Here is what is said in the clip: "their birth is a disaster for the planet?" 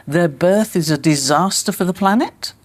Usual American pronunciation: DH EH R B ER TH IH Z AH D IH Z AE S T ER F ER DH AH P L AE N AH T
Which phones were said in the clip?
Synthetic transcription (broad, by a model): DH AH R B ER TH IH Z AH D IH Z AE S T ER F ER DH AH P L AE N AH T